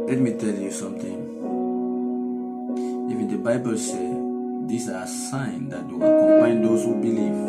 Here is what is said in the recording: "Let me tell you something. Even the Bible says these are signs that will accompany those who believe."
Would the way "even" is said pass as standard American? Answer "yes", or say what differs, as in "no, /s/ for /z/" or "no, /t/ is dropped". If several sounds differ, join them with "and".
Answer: no, /f/ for /v/